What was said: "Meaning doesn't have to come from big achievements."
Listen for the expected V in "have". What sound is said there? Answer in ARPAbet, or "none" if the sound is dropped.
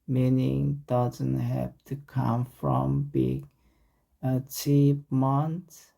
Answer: P